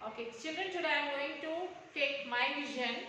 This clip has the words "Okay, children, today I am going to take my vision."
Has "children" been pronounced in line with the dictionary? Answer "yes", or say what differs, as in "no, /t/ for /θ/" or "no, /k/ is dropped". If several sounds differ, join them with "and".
no, /n/ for /l/